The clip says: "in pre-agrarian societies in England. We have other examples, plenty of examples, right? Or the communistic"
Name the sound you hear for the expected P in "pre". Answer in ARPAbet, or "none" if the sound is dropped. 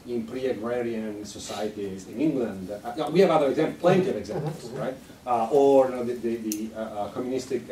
P